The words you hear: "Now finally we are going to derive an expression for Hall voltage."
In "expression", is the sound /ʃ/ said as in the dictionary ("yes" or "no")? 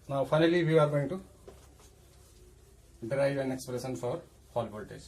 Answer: no